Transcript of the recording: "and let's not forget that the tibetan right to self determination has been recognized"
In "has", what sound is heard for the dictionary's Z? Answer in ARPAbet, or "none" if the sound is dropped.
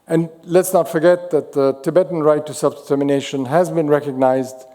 Z